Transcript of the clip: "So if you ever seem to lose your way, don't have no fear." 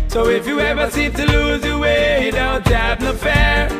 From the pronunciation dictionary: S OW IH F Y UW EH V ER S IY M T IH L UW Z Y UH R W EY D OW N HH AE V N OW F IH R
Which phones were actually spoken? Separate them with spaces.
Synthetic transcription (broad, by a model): S OW IH F Y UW EH V ER S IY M T IH L UW Z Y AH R W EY D OW N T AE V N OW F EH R